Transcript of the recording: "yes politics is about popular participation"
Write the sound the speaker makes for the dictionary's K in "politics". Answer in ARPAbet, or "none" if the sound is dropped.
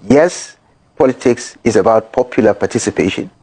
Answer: K